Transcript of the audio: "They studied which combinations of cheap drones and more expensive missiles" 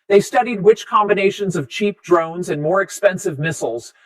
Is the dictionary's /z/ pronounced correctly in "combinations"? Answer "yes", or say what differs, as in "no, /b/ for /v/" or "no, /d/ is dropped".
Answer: yes